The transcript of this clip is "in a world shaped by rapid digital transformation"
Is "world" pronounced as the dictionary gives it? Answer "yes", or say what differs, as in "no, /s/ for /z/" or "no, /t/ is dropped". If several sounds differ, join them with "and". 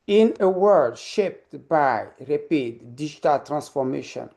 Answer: no, /l/ is dropped